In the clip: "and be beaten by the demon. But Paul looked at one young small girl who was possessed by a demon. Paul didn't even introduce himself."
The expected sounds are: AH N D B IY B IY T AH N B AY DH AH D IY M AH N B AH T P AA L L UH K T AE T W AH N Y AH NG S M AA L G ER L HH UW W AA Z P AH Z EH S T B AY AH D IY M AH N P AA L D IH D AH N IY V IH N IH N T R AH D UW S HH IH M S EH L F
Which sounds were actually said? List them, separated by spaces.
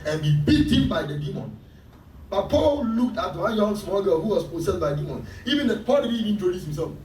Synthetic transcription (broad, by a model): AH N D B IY B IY T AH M B AY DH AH D IY M AH N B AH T P AA L L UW K T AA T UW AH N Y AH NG S M AA L G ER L HH UW W AA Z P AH S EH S B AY AH D IY M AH N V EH N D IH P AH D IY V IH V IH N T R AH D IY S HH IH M S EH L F